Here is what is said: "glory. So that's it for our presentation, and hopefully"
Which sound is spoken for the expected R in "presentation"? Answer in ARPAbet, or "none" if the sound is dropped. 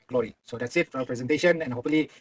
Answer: R